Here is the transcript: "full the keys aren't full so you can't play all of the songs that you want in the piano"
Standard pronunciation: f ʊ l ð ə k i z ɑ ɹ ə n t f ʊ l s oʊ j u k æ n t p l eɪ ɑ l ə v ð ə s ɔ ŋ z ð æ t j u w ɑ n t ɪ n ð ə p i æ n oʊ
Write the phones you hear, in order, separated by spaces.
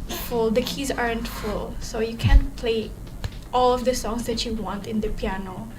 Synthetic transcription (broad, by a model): f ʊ l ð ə k i z ɑ ɹ ə n t f ʊ l s oʊ j u k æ n p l eɪ ɑ l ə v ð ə s ɔ ŋ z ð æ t j u w ɑ n t ɪ n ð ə p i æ n oʊ